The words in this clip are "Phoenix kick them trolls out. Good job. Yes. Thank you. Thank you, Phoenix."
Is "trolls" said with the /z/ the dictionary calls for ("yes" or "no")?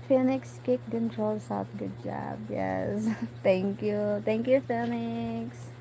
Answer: no